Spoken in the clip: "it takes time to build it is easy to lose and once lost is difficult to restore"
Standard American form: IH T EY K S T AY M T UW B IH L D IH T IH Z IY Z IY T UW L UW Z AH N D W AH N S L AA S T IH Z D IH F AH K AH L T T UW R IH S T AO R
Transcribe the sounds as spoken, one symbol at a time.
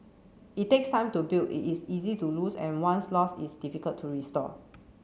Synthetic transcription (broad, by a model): IH T EY K S T AY M T UW B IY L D IH T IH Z IY Z IY T UW L UW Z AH N W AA N S L AA S IH S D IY F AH K AH L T T UW R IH S T AO